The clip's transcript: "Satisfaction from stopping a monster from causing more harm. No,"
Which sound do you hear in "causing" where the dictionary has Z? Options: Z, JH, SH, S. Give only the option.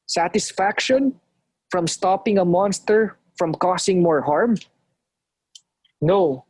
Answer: S